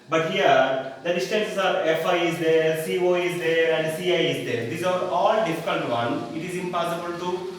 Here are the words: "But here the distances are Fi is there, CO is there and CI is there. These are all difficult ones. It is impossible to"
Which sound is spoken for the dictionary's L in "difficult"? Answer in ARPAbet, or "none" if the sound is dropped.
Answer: N